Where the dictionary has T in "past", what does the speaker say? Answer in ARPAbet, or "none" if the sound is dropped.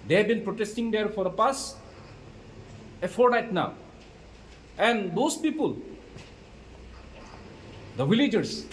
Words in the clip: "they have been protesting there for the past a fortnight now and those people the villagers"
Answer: none